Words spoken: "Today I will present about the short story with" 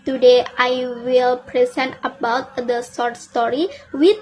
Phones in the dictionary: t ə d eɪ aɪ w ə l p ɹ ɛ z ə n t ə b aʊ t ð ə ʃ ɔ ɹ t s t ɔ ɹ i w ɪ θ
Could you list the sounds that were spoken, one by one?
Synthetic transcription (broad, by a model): t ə d eɪ aɪ w ə l p ɹ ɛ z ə n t ə b aʊ t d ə s ɔ ɹ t s t ɔ ɹ i w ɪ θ